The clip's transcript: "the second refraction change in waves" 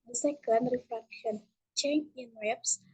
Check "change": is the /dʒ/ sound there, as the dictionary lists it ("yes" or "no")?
no